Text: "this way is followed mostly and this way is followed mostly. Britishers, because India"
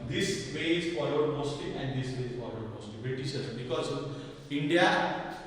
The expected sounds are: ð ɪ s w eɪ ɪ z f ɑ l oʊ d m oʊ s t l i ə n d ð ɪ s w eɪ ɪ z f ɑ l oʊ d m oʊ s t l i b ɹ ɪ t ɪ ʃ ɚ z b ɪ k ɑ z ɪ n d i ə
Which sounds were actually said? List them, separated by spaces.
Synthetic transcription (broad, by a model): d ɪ s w eɪ ɪ z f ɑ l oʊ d m oʊ s t l i ə n d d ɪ s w eɪ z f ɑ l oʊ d m oʊ s t l i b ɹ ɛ t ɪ s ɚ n b ɪ k ɑ z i n d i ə